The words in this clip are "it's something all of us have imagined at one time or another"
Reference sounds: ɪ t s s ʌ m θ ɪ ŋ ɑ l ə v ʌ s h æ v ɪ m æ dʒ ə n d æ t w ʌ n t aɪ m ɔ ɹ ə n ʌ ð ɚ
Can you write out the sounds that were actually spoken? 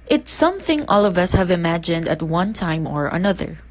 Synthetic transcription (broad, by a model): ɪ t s s ʌ m θ ɪ ŋ ɑ l ə v ʌ s h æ v ɪ m æ dʒ ə n d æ t w ʌ n t aɪ m ɔ ɹ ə n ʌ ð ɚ